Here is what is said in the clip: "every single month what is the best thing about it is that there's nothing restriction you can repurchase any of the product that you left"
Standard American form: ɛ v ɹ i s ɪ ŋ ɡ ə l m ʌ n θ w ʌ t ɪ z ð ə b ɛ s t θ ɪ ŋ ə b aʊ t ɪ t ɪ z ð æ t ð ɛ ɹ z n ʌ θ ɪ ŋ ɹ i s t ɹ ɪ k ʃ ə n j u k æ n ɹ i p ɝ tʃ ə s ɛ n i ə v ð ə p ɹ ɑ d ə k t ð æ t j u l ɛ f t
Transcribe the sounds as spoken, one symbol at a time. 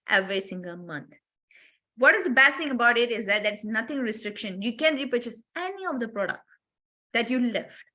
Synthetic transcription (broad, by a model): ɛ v ɹ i s ɪ ŋ ɡ ə l m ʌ n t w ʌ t ɪ z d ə b ɛ s t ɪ ŋ ə b aʊ t ɪ t ɪ z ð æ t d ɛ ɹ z n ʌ t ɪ ŋ ɹ i s t ɹ ɪ k ʃ ə n j u k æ n ɹ i p ɝ tʃ ə s ɛ n i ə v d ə p ɹ ɑ d ə k t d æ t j u l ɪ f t